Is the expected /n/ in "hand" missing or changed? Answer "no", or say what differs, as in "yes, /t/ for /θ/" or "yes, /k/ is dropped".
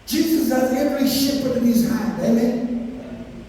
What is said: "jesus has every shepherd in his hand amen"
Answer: yes, /n/ is dropped